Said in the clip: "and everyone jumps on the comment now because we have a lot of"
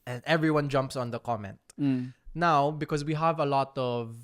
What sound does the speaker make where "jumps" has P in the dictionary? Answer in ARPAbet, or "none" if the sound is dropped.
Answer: P